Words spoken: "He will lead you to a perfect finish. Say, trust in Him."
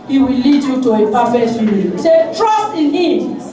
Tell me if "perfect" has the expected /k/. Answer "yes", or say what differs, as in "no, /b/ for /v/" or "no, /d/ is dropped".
no, /k/ is dropped